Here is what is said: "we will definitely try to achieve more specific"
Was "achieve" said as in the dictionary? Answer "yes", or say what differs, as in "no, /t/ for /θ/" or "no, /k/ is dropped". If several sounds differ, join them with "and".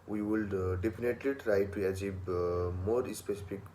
no, /b/ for /v/